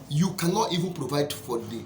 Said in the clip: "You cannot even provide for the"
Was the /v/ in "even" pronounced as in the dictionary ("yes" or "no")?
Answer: yes